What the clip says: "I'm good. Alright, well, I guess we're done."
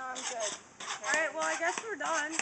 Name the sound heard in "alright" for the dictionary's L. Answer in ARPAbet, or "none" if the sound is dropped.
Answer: none